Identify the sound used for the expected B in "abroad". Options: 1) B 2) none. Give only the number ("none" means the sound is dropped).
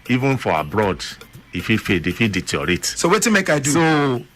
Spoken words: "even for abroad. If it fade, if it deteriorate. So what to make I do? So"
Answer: 1